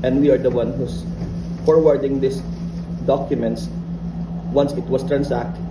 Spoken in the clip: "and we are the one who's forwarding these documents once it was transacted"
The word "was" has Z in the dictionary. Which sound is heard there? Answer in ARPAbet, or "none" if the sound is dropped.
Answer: S